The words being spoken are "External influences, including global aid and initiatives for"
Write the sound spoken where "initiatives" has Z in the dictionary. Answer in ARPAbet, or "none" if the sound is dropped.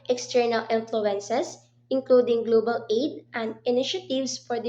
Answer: S